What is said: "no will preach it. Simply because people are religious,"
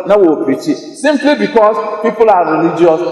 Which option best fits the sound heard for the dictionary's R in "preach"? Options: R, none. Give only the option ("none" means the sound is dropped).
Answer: none